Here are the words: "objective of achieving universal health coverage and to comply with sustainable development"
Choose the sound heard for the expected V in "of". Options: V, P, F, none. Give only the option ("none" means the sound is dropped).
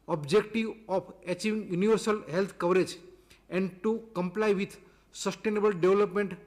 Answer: P